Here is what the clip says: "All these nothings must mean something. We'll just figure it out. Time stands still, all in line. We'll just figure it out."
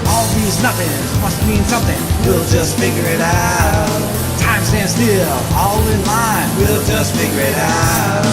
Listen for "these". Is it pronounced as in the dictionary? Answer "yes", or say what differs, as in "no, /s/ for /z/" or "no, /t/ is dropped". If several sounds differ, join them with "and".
yes